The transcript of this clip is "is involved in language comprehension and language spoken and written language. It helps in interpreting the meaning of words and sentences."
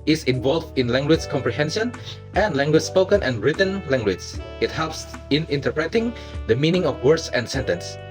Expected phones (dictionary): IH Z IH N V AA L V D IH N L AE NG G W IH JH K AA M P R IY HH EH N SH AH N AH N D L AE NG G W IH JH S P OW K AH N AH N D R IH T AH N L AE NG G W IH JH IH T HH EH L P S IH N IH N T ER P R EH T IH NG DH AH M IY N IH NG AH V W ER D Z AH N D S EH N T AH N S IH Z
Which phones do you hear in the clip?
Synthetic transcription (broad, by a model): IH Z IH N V AA L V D IH N L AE NG G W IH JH K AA M P R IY HH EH N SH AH N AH N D L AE NG G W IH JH S P OW K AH N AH N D R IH T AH N L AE NG G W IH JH IH T HH EH L P S IH N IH N T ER P R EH T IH NG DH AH M IY N IH NG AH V W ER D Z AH N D S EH N T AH N S